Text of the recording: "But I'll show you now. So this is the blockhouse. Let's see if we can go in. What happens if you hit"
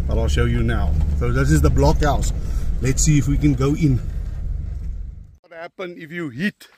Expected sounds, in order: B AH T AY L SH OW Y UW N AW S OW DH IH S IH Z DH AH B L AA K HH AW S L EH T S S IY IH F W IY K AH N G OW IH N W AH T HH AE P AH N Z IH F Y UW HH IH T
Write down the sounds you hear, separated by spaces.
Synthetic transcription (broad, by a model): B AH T AY L SH OW Y UW N AW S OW DH IH S IH Z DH AH B L AA K HH AW S L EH T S S IY IH F W IY K AH N G OW IH N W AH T HH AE P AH N IH F Y UW HH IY T